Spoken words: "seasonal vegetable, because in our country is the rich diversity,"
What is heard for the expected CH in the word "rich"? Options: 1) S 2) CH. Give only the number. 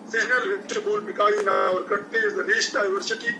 1